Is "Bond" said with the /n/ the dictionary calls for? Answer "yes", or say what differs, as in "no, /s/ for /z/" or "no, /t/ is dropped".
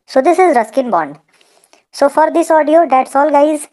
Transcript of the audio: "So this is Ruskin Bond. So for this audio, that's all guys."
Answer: yes